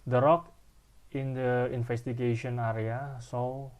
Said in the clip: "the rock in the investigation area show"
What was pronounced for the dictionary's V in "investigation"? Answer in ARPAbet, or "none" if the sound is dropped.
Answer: F